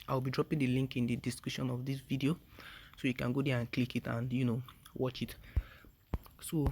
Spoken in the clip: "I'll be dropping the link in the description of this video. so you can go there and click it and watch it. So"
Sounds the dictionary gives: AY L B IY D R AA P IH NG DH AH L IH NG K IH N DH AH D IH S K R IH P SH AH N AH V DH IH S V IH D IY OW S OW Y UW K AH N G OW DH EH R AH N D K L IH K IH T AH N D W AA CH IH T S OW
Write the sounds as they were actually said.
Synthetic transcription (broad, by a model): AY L B IY D R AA P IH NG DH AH L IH NG K IH N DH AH D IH S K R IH SH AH N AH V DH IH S V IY D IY OW S OW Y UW K AH N G OW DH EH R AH N K L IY K IH T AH N D W AA CH IH T S OW